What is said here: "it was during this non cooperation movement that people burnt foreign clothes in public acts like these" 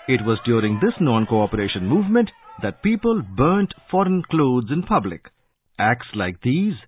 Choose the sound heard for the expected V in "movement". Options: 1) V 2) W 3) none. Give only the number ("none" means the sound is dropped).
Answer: 1